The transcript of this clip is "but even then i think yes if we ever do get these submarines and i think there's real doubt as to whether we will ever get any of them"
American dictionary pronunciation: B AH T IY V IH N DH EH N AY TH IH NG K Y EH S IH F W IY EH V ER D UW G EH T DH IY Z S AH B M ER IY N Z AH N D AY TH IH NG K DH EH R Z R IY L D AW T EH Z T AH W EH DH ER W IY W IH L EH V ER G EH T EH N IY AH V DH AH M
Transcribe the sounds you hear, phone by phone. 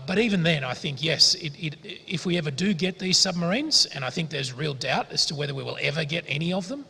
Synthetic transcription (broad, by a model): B AH T IY V IH N DH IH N AY TH IH NG K Y EH S IH F W IY EH V ER D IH G EH T DH IY Z S AH B M ER IY N Z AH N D AY TH IH NG K DH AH R Z R IY L D AW T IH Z T AH W EH DH ER W IY W IH L EH V ER G EH T EH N IY AH V DH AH M